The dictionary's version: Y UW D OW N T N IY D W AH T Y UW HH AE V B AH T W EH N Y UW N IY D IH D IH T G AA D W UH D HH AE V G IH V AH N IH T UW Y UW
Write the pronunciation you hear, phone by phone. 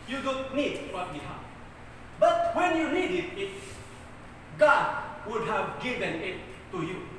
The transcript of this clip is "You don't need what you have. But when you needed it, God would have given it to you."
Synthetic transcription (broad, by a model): Y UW D OW N T N IY D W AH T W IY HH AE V B AH T W EH N Y UW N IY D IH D IH T G AA D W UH D HH AE V G IH V AH N IH T UW Y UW